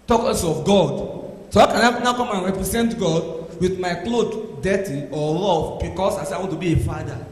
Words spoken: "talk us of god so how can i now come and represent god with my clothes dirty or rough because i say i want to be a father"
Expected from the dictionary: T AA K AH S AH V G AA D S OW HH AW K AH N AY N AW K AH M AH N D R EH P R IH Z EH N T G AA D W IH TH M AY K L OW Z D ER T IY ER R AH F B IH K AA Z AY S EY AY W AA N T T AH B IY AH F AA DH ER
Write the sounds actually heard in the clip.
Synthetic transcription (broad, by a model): T AA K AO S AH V G AA D S OW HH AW K AH N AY N AW K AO M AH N R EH P R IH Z EH N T G AA D W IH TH M AY K L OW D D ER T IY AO L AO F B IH K AA S AY S EY AY W AA N T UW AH B IY AH F AA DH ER